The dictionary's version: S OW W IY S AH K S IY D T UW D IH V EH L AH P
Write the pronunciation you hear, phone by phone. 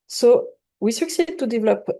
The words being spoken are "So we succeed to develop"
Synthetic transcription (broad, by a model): S OW W IY S AH K S IY D T UW D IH V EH L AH P